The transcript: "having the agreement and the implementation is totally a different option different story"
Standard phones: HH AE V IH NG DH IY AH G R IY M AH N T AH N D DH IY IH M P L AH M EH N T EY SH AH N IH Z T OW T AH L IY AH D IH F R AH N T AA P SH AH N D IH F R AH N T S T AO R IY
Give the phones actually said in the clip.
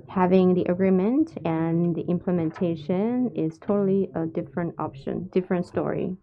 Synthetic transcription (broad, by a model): HH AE V IH NG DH IY AH G R IY M AH N T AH N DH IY IH M P L AH M EH N T EY SH AH N IH Z T OW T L IY AH D IH F R AH N T AA P SH AH N D IH F R AH N T S T AO R IY